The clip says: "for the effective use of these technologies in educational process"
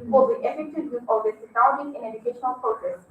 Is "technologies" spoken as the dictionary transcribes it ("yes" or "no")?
no